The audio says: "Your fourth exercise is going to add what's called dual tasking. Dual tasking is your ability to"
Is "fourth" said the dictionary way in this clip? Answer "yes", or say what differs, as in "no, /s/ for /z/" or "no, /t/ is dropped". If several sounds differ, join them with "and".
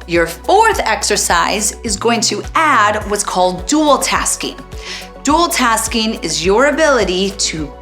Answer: yes